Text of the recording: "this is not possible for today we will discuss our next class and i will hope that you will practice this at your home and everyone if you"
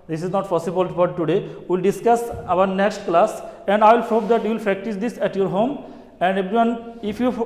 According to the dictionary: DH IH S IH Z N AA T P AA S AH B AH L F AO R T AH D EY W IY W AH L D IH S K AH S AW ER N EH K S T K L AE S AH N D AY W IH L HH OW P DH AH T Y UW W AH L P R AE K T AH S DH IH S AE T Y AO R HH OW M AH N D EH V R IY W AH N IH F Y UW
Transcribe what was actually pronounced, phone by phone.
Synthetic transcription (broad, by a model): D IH S IH Z N AA T P AA S AH B AH L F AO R T AH D EY W IY L D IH S K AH S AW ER N EH K S T K L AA S AH N D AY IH L HH OW P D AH T Y UW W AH L P R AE K T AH S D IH S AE T Y AO R HH OW M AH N D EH B R IY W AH N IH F Y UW